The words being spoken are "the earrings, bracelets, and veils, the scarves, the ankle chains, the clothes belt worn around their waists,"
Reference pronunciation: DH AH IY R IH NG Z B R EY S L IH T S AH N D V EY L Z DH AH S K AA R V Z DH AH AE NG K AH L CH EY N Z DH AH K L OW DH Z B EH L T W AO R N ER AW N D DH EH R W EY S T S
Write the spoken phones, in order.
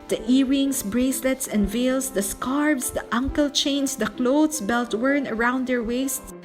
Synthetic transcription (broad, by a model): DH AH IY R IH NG S B R EY S L IH T S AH N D V EY L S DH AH S K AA R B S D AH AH NG K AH L CH EY N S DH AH K L OW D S B EH L T W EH R N ER AW N D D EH R W EY S T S